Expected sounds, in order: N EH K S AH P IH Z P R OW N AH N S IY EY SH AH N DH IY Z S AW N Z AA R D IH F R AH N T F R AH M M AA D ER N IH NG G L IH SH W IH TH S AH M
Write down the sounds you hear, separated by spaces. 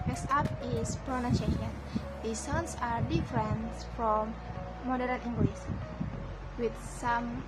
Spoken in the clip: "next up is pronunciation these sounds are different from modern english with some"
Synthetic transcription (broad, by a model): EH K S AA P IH S P R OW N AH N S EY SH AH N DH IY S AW N S AA R D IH F R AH N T F R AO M M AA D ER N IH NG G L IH S W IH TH S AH M